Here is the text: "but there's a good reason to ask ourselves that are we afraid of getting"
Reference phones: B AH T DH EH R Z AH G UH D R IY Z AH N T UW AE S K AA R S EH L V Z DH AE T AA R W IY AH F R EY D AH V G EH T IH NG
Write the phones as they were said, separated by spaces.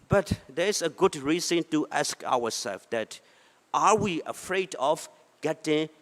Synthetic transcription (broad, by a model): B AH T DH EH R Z AH G UH D R IY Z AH N T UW AE S K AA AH S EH L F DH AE T AA R W IY AH F R EY D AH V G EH T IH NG